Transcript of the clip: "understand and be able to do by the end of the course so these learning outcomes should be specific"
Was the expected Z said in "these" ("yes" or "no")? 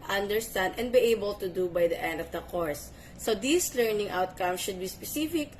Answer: no